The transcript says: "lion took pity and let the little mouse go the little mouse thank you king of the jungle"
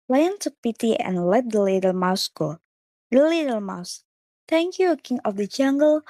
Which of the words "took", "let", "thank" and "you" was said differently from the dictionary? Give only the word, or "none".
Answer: thank